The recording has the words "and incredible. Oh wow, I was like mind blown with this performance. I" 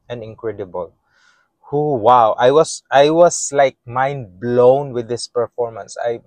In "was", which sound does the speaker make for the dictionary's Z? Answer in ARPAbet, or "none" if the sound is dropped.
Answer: S